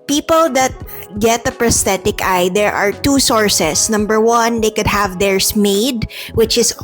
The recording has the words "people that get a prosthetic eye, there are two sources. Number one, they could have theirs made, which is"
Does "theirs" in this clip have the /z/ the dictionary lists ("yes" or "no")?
no